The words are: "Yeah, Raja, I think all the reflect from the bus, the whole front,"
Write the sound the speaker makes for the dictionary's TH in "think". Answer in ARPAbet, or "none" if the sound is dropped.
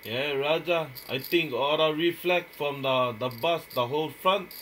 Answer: T